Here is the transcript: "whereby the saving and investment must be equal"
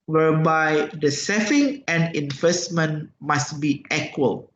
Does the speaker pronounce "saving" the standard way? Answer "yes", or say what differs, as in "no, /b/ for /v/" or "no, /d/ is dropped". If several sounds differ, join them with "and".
no, /f/ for /v/